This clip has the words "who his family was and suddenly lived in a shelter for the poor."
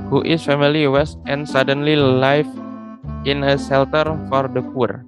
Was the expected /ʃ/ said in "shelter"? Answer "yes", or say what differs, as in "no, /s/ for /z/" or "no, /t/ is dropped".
no, /s/ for /ʃ/